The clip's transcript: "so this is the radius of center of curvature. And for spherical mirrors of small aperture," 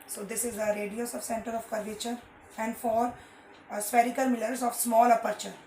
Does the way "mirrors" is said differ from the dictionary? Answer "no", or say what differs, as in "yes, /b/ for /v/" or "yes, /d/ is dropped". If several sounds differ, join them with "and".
yes, /l/ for /ɹ/